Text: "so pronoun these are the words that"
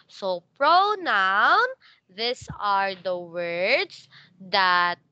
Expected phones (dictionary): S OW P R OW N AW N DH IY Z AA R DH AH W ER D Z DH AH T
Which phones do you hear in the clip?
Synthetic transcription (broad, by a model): S OW P R OW N AW N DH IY S AA R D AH W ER D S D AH T